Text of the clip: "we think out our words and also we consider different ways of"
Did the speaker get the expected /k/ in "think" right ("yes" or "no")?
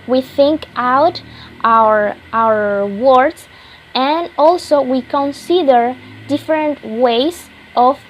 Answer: yes